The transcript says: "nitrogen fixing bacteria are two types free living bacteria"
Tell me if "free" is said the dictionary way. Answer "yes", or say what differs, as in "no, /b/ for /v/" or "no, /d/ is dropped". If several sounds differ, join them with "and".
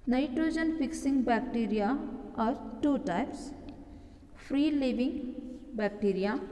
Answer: no, /p/ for /f/